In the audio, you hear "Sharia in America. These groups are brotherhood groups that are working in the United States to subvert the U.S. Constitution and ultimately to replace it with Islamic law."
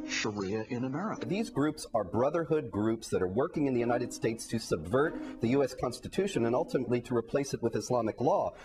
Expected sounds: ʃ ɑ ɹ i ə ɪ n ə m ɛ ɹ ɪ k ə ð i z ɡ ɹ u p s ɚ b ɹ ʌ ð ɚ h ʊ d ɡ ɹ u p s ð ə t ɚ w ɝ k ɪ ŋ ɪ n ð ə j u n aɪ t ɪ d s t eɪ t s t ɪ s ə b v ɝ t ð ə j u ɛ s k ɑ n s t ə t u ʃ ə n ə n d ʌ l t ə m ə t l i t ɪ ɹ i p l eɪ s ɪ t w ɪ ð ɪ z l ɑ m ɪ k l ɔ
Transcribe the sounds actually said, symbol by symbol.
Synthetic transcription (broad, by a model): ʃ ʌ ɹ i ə ɪ n ə m ɛ ɹ ɪ k ə ð i z ɡ ɹ u p s ɚ b ɹ ʌ ð ɚ h ʊ d ɡ ɹ u p s ð ə t ɚ w ɝ k ɪ ŋ ɪ n ð ə j u n aɪ t ɪ d s t eɪ t s t ɪ s ə b v ɝ t ð ə j u ɛ s k ɑ n s t ə t u ʃ ə n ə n ʌ l t ə m ə t l i t ɪ ɹ i p l eɪ s ɪ t w ɪ ð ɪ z l ɑ m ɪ k l ɔ